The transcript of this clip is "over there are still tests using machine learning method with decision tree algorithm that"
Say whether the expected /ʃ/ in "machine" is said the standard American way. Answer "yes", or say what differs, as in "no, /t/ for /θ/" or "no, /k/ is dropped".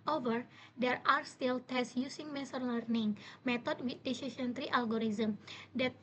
no, /s/ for /ʃ/